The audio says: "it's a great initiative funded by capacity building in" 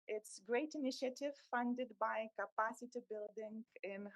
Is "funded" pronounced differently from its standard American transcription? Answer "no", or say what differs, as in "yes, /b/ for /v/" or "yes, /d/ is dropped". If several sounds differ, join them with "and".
no